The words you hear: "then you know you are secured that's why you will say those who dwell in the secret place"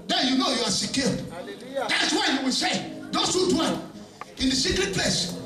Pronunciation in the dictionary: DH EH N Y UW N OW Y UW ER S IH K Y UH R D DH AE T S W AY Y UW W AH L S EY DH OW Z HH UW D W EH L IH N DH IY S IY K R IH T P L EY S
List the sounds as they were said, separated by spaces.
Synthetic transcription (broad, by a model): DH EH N Y UW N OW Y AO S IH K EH L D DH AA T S W AY Y UW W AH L S EY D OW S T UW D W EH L IH N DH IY S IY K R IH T P L EY S